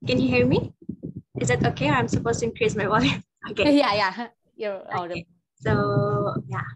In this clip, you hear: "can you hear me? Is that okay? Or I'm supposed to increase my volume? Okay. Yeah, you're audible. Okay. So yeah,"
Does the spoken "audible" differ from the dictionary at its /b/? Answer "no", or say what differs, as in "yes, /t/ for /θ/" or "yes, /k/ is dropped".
yes, /b/ is dropped